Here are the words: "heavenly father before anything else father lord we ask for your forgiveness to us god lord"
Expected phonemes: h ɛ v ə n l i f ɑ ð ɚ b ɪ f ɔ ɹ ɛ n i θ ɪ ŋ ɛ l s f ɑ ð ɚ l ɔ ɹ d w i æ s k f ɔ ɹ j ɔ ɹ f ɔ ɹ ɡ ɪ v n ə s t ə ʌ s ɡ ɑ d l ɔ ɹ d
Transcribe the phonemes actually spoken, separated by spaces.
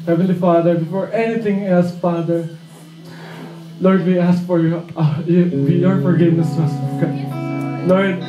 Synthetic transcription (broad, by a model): h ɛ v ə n l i f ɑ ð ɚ b ɪ f ɔ ɹ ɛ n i t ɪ ŋ ɛ l s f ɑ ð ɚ l ɔ ɹ d w i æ s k f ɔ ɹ j ɔ ɹ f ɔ ɹ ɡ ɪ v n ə s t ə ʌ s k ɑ l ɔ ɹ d